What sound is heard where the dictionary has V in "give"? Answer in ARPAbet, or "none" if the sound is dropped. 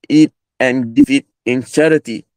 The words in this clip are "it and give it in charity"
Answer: F